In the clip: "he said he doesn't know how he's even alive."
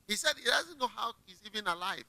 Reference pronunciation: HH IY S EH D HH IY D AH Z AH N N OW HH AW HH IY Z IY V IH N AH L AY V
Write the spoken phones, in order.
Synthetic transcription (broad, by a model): HH IY S EH D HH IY D AH Z AH N N OW HH AW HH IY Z IY V IH N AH L AY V